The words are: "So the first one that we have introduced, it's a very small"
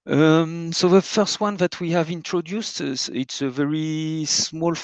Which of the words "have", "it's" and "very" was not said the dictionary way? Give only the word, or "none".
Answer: none